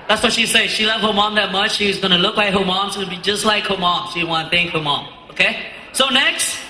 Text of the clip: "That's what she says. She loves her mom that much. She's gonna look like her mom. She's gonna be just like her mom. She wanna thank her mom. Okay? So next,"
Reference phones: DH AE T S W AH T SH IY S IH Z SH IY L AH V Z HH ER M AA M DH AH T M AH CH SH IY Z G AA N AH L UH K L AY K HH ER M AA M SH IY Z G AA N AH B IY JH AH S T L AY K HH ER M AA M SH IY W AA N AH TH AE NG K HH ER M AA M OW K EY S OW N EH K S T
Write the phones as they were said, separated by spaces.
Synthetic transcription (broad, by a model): DH AE T S W AH T SH IY S IH SH IY L AH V HH ER M AA M DH AH T M AH CH SH IY Z G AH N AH L UH K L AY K HH ER M AA M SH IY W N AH B IY JH AH S T L AY K HH ER M AA M SH IY W AA N AH TH AE NG K HH ER M AA M OW K EY S OW N EH K S T